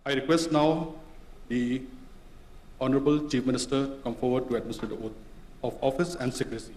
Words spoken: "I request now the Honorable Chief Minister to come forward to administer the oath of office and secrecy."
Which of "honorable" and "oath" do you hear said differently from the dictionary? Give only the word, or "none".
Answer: oath